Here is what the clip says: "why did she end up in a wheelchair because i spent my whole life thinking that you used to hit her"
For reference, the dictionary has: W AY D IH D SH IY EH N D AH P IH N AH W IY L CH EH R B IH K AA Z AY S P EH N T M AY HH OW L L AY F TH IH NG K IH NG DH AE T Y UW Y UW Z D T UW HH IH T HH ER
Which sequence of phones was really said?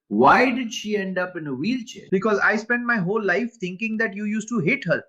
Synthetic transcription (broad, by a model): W AY D IH D SH IY EH N D AH P IH N AH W IY L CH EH B IH K AA Z AY S P EH N T M AY HH OW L L AY F T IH NG K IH NG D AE T Y UW Y UW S T UW HH IH T HH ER